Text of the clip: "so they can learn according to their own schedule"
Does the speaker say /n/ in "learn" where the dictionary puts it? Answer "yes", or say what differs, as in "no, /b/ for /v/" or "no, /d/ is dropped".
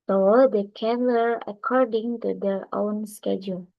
no, /n/ is dropped